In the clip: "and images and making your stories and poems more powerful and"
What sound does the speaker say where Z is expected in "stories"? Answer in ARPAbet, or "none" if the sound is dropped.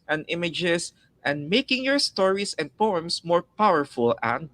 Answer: S